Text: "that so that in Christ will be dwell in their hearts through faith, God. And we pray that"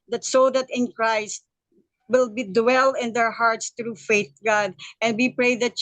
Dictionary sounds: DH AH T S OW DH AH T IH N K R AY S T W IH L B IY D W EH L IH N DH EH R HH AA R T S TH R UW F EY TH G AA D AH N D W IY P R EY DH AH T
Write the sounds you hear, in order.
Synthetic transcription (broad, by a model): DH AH T S OW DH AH T IH N K R AY S T W IH L B IY D W EH L IH N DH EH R HH AA R T S T R UW F EY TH G AA D AH N D W IY P R EY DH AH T